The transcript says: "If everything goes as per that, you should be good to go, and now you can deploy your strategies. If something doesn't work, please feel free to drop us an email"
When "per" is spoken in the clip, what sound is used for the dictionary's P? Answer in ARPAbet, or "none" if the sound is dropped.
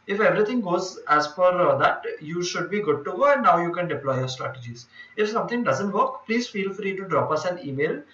F